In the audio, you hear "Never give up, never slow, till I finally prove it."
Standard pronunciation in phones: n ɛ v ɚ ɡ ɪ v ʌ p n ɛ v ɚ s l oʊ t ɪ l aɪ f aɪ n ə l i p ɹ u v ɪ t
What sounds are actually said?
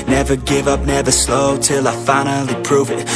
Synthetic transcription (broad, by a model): n ɛ v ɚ ɡ ɪ v ʌ p n ɛ v ɚ s l oʊ t ɪ l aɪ f aɪ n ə l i p ɹ u v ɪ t